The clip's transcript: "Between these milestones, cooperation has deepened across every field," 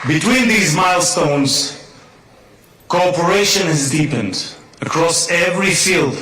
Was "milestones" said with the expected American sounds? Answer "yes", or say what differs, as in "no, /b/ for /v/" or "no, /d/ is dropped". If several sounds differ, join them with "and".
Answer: yes